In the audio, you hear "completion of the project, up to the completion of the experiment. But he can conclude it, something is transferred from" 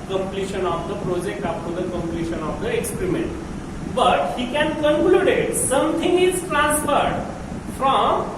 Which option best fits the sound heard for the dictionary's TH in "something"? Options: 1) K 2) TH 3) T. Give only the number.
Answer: 3